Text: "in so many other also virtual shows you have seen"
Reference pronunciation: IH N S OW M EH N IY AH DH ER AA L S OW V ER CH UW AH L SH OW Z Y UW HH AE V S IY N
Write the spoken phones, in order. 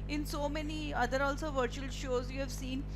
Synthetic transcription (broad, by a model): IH N S OW M EH N IY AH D ER AA L S OW V ER CH UW AH L SH OW Z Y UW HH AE V S IY N